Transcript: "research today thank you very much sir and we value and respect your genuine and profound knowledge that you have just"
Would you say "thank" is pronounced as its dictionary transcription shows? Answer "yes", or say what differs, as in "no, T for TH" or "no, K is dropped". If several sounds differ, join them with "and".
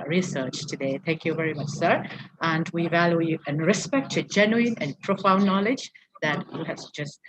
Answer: yes